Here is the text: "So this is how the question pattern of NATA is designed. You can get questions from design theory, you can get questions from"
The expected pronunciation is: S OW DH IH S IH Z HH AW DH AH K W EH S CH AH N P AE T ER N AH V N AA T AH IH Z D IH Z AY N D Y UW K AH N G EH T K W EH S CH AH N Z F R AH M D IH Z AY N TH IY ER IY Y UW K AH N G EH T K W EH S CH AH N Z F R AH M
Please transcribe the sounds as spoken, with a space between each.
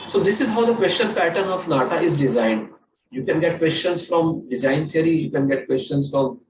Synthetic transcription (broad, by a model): S OW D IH S IH Z HH AW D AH K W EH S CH AH N P AE T ER N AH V N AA T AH IH Z D IH Z AY N D Y UW K AH N G EH T K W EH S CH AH N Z F R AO M D IH Z AY N T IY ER IY Y UW K AH N G EH T K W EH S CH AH N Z F R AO M